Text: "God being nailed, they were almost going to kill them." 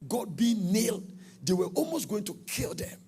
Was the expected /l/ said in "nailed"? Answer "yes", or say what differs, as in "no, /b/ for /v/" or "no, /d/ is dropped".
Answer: yes